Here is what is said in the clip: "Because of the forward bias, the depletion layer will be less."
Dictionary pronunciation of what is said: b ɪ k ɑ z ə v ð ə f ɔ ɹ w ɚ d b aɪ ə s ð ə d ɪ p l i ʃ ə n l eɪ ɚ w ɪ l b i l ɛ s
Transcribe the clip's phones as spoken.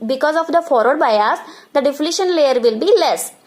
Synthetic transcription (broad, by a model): b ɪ k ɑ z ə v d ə f ɔ ɹ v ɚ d b aɪ ə s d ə d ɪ f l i ʃ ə n l eɪ ɚ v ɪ l b i l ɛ s